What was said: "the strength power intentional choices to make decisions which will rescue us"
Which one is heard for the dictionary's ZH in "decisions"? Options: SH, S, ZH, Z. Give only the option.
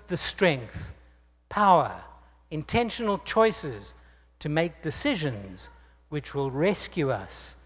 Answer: ZH